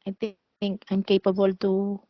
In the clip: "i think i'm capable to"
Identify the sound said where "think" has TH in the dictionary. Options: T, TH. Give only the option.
T